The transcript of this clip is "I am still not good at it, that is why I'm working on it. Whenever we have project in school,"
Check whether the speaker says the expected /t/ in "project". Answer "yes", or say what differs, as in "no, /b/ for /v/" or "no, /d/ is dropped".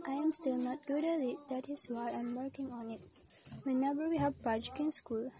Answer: no, /t/ is dropped